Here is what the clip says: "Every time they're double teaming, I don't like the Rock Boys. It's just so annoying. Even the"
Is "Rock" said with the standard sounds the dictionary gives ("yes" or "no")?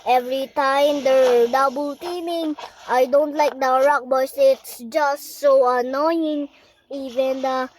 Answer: yes